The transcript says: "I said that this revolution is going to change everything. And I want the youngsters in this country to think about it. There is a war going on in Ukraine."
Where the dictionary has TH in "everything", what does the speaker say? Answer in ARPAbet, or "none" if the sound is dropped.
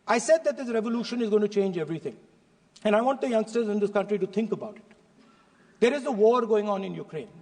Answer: T